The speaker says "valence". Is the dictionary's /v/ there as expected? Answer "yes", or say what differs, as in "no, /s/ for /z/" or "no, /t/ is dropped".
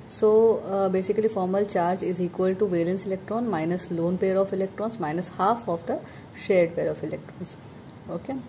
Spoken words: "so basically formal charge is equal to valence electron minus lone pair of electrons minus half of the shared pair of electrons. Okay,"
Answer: yes